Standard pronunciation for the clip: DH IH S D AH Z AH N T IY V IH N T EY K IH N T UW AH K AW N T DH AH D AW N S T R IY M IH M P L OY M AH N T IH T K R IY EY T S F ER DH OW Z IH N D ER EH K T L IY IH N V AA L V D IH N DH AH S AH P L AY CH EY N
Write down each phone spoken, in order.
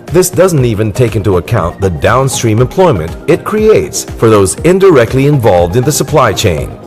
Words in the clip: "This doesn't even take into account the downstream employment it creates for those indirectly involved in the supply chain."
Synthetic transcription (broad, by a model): DH IH S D AH Z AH N T IY V IH N T EY K IH N T UW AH K AW N DH AH D AW N S T R IY M IH M P L OY M AH N T IH T K R IY EY T S F ER DH OW Z IH N D ER EH K T L IY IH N V AA L V D IH N DH AH S AH P L AY CH EY N